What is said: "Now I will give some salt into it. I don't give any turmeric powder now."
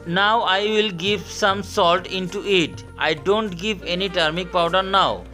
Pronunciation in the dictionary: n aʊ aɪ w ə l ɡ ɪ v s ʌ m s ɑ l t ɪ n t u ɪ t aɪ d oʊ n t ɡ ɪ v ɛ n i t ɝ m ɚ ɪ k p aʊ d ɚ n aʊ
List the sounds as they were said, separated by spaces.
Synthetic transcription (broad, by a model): n aʊ aɪ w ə l ɡ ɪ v s ʌ m s ɑ l t ɪ n t u ɪ t aɪ d oʊ n t ɡ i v ɛ n i t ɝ m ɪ k p aʊ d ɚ n aʊ